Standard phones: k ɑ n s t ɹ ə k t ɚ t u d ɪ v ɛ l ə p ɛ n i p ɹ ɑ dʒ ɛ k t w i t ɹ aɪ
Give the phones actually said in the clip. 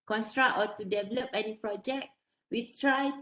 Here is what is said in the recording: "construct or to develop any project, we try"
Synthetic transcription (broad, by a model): k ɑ n s t ɹ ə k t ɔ t u d ɪ v ɛ l ə p ɛ n i p ɹ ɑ dʒ ɛ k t w i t ɹ aɪ